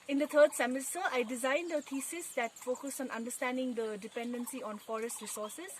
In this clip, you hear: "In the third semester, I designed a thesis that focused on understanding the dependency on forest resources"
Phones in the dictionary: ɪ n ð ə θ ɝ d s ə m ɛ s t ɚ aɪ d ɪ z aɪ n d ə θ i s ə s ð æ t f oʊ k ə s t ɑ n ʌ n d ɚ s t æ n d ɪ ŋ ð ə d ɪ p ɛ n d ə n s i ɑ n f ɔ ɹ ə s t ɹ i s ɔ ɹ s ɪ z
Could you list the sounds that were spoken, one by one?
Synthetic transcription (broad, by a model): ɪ n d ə t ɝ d s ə m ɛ s t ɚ aɪ d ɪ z aɪ n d ə t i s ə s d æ t f oʊ k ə s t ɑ n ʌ n d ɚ s t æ n d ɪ ŋ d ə d ɪ p ɛ n d ə n s i ɑ n f ɔ ɹ ə s t ɹ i s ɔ ɹ s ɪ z